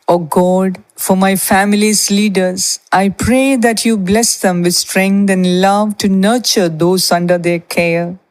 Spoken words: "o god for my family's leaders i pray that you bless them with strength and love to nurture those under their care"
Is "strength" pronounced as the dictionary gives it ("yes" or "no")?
no